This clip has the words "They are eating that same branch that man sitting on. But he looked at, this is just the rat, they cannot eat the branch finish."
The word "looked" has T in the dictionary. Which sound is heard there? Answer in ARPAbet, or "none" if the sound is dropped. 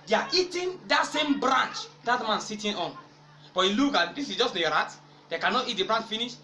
none